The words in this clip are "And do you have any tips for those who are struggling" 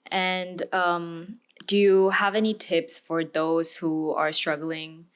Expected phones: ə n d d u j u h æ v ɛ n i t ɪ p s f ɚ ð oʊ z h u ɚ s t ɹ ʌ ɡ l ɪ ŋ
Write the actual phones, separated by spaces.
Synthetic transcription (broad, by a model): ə n d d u j u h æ v ɛ n i t ɪ p s f ɚ ð oʊ z h u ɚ s t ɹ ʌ ɡ l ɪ ŋ